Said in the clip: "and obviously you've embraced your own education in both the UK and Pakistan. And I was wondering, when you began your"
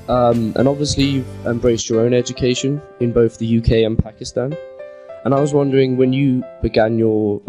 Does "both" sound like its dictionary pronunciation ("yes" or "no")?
yes